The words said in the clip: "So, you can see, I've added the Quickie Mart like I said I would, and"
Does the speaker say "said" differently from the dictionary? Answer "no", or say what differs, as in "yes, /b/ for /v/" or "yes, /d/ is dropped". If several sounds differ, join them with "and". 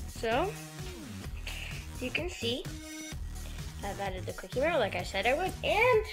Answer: no